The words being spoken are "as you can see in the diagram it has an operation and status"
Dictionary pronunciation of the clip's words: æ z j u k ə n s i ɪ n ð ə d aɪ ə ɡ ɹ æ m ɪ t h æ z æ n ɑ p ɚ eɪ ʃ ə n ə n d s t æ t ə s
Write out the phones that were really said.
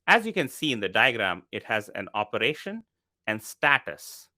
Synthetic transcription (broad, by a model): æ z j u k ə n s i ɪ n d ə d aɪ ə ɡ ɹ æ m ɪ t h æ z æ n ɑ p ɚ eɪ ʃ ə n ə n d s t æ t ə s